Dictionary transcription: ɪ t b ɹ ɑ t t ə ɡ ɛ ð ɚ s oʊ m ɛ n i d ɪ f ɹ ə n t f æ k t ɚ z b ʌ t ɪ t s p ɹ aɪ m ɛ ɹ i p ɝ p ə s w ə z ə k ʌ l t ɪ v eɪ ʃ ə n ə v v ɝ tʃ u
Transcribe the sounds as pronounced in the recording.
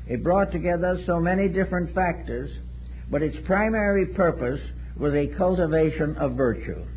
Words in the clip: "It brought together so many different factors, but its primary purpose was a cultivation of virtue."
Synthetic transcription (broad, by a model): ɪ t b ɹ ɑ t t ə ɡ ɛ ð ɚ s oʊ m ɛ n i d ɪ f ɹ ə n t f æ k t ɚ z b ʌ t ɪ t s p ɹ aɪ m ɛ ɹ i p ɝ p ə s w ə z ə k ʌ l t ɪ v eɪ ʃ ə n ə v v ɝ tʃ u